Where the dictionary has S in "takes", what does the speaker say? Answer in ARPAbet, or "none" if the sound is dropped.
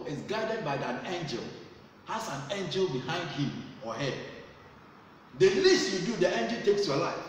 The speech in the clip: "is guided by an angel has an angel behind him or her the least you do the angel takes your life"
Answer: S